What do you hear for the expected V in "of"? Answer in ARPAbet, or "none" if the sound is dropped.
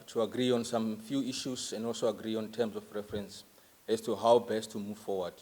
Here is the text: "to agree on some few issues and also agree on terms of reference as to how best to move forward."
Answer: F